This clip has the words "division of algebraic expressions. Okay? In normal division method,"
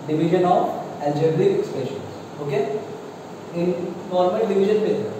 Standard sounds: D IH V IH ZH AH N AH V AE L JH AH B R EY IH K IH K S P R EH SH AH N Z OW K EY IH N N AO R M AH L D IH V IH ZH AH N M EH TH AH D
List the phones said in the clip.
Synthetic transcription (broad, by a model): D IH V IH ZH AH N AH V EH L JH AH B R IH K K S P EH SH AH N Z OW K EY IH N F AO R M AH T D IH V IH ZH AH N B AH